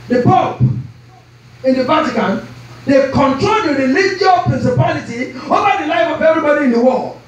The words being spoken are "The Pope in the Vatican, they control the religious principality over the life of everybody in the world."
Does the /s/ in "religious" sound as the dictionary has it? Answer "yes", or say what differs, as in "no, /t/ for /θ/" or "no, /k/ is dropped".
no, /s/ is dropped